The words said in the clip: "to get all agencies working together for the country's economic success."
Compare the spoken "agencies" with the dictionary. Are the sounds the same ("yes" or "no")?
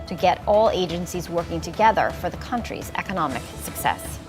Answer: yes